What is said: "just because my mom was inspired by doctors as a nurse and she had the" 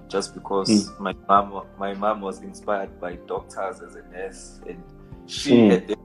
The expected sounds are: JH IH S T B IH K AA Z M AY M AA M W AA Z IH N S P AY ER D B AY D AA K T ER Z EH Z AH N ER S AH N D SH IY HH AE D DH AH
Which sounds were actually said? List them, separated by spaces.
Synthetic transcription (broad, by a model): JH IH S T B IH K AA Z M AY M AA M W AA Z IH N S P AY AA D B AY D AA K T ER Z EH Z AH N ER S AH N D SH IY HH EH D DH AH